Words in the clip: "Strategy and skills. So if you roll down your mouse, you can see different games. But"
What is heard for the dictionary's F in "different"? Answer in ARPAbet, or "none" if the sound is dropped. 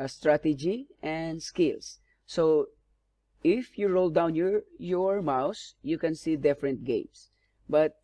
F